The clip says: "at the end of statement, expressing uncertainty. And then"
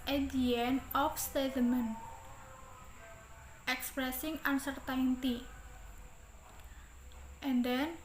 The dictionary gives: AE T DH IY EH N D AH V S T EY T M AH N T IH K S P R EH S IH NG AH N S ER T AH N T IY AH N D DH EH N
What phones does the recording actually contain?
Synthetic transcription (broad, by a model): T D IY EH N AH F S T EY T M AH N T IH K S P R EH S IH NG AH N S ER T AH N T IY AH N D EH N